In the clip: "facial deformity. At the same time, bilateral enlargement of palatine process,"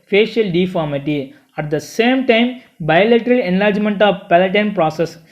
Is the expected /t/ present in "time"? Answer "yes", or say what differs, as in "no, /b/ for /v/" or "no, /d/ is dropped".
yes